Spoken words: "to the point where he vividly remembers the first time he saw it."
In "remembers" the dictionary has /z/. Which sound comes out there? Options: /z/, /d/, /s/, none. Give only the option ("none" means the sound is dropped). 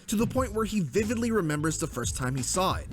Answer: /z/